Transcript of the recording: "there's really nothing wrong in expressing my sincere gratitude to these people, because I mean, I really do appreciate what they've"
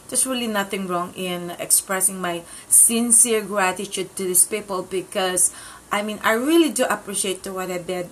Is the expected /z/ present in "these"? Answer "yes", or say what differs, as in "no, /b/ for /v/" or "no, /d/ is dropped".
no, /s/ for /z/